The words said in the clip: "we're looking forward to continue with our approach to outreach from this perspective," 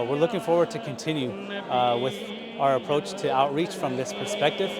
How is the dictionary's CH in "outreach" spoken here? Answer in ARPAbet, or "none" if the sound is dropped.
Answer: CH